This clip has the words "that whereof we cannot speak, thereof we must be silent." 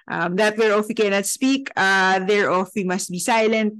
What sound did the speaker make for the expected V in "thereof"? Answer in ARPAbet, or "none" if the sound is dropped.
F